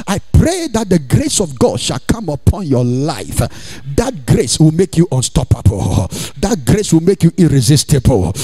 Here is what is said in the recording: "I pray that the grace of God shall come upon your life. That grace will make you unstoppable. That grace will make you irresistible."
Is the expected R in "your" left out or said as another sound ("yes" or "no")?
yes